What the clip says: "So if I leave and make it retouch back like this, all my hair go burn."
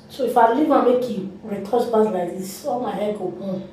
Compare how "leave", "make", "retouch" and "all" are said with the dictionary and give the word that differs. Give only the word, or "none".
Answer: retouch